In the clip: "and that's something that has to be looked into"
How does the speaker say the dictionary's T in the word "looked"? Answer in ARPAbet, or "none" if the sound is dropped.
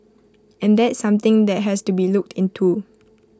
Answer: T